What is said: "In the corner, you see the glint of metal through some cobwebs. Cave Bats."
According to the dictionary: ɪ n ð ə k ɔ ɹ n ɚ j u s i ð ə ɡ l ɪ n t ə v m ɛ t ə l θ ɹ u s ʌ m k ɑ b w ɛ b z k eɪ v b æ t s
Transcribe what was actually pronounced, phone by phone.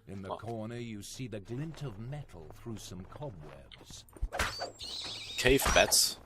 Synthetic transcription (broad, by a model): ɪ n ð ə k ɔ ɹ n ɚ j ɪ s i ð ə ɡ l ɪ n t ə v m ɛ t l θ ɹ u s ʌ m k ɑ b w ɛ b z k eɪ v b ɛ t s